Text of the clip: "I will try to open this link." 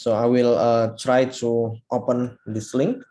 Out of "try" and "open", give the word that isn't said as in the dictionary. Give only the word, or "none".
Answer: none